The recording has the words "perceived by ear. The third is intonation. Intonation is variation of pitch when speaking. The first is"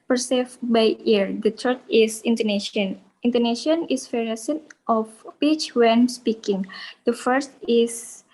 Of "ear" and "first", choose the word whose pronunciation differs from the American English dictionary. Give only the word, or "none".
none